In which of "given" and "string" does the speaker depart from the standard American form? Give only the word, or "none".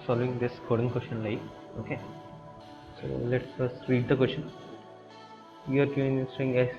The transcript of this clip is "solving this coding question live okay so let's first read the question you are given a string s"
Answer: given